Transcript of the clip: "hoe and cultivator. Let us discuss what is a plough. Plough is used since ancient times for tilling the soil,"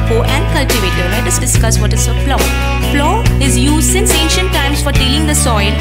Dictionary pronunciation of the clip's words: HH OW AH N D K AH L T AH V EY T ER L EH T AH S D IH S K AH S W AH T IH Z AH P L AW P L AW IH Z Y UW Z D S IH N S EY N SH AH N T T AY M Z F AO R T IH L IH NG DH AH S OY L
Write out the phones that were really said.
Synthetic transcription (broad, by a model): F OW AH N D K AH L T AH V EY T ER N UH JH AH S D IH S K AH S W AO T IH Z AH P L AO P L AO IH Z Y UW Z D S IH N S EY N SH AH N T T AY M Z F AO R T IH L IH NG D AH S OY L